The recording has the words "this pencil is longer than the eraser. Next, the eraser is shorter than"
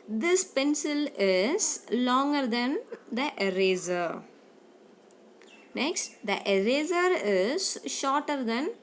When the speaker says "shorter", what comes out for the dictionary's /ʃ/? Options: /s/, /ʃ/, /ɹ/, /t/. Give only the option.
/ʃ/